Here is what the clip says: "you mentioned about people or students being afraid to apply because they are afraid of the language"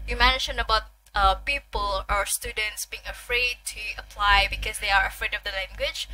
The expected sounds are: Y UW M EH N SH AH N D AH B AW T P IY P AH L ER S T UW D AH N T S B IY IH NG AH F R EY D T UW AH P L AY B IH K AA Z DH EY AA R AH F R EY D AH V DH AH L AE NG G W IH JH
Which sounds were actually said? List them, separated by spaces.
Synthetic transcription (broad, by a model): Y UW M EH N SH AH N AH B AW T P IY P AH L ER S T UW D AH N T S B IY IH NG AH F R EY D T UW AH P L AY B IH K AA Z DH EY AA R AH F R EY D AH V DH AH L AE NG G W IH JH